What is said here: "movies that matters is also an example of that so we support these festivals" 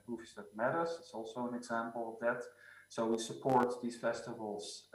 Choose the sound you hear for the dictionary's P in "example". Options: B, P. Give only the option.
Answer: P